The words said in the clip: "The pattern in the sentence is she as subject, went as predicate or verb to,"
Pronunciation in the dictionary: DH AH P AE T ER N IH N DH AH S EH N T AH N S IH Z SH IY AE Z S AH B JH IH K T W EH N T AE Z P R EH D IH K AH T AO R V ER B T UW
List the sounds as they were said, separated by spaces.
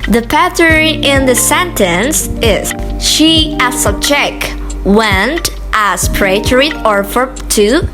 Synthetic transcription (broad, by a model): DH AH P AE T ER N IH N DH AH S EH N T AH N S IH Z SH IY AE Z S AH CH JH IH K W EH N T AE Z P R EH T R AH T AO R F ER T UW